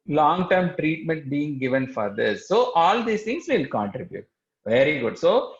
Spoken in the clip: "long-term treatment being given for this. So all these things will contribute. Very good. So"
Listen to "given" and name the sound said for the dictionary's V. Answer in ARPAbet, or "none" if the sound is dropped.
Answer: V